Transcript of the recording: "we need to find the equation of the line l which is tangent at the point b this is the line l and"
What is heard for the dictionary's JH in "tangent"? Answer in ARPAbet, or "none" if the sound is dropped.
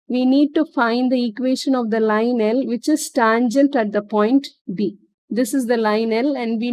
JH